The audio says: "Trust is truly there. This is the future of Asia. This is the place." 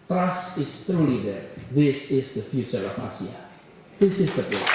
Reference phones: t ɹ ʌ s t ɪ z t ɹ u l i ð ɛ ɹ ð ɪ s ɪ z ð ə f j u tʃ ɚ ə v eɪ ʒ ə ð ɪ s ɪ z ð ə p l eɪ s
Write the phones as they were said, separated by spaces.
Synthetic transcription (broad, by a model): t ɹ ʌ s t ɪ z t ɹ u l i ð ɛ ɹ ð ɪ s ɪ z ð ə f j u tʃ ɚ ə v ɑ s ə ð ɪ s ɪ z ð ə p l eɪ